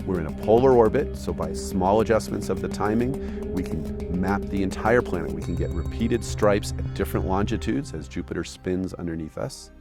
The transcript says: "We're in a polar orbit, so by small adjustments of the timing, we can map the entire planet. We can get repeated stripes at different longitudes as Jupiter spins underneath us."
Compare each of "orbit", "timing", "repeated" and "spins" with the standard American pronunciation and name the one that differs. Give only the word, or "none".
none